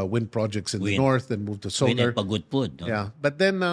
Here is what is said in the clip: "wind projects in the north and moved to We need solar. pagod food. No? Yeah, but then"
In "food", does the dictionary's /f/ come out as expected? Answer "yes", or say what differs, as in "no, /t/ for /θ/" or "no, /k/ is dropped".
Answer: no, /p/ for /f/